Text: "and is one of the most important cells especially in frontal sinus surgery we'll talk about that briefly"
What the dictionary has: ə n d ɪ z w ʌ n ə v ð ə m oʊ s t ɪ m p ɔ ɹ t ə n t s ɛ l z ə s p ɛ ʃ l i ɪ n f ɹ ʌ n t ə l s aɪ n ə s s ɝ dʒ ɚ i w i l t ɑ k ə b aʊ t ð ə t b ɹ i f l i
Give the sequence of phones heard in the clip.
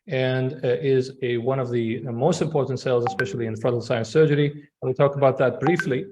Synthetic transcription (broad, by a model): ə n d ɪ z w ʌ n ə v ð ə m oʊ s t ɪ m p ɔ ɹ t n t s ɛ l z ə s p ɛ ʃ l i ɪ n f ɹ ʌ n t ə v s aɪ ə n s ɝ dʒ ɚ i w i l t ɑ k ə b aʊ t ð ə t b ɹ i f l i